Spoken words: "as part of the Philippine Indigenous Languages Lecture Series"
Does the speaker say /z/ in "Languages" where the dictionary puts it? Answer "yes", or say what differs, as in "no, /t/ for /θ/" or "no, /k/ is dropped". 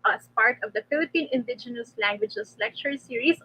no, /s/ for /z/